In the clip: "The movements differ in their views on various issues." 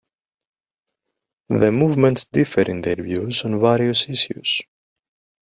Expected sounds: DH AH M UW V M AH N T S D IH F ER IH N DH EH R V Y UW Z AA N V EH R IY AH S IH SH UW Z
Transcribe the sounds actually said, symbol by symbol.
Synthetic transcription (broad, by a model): DH AH M UW V M AH N T S D IH F ER IH N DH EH R V Y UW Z AA N V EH R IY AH S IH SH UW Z